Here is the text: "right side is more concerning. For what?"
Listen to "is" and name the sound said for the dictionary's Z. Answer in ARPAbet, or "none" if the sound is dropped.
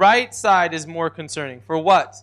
Z